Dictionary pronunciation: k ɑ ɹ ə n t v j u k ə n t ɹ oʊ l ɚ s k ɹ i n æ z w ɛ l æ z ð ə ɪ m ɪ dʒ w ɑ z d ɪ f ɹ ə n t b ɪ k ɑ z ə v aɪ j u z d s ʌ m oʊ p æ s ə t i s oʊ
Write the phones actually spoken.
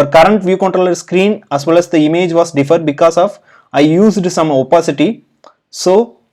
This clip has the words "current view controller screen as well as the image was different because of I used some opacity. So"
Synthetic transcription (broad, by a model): k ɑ ɹ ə n t v j u k ə n t ɹ oʊ l ɚ s k ɹ i n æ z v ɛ l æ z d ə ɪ m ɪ dʒ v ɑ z d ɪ f ə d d b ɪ k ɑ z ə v aɪ j u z d s ʌ m oʊ p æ s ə t i s oʊ